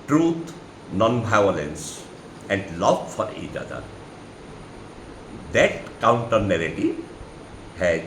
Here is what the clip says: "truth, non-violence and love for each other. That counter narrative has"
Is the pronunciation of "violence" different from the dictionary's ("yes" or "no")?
yes